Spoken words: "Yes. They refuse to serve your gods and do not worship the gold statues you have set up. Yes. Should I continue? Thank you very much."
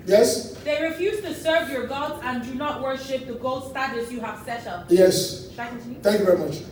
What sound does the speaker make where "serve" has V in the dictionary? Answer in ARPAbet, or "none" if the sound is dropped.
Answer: V